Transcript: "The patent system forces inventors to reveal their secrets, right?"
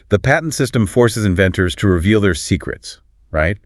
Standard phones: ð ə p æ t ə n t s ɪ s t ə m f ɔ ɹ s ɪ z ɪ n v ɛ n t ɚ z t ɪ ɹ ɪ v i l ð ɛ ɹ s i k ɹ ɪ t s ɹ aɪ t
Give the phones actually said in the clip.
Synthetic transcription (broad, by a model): ð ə p æ t n t s ɪ s t ə m f ɔ ɹ s ɪ z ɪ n v ɛ n t ɚ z t ɪ ɹ ɪ v i l ð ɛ ɹ s i k ɹ ɪ t s ɹ aɪ t